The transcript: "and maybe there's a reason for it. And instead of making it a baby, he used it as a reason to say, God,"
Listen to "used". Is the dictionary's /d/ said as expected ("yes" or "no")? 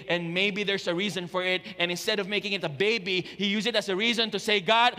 no